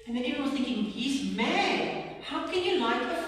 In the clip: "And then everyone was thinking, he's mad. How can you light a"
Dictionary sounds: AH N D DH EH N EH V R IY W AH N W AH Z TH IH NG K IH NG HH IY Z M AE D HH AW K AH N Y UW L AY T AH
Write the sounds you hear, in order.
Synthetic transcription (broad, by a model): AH N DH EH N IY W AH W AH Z TH IH NG K IH NG HH IY Z M AE D HH AW K AH N Y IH L AY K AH